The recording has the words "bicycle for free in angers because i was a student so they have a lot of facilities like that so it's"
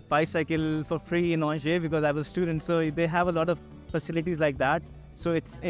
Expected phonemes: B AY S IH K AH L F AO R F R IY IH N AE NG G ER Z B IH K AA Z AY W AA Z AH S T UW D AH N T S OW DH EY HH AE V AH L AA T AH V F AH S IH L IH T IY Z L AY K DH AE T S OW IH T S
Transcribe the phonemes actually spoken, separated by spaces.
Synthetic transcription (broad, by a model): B AY S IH K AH L F AO R F R IY IH N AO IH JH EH B IH K AA Z AY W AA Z S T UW D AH N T S OW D EY HH AE V AH L AA T AH V F AH S IH L IH T IY Z L AY K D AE T S OW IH T S